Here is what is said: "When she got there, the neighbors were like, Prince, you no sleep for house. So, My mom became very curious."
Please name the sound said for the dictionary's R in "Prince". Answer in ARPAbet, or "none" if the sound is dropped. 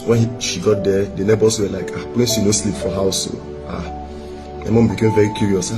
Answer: L